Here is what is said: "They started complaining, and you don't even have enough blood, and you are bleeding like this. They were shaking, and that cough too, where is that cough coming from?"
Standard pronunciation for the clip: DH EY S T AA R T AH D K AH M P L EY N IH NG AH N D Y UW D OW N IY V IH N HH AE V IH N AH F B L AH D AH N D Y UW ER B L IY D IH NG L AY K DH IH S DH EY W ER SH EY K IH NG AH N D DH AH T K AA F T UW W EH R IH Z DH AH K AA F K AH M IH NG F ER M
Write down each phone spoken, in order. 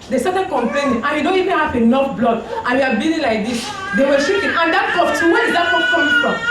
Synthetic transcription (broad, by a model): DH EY S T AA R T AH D K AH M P EY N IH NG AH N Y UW D OW N IY V IH N HH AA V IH N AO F B L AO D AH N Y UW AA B IY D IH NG L AY K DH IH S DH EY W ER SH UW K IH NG AH N D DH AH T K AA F T UW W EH IH Z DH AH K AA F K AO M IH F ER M